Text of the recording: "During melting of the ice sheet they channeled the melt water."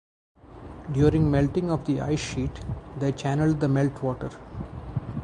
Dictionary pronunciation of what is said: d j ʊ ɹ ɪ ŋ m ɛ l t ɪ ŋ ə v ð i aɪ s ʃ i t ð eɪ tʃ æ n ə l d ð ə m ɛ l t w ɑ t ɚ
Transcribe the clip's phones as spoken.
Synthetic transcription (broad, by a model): d j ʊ ɹ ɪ ŋ m ɛ l t ɪ ŋ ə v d i aɪ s ʃ i t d eɪ tʃ æ n ə l d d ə m ɛ l t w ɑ t ɚ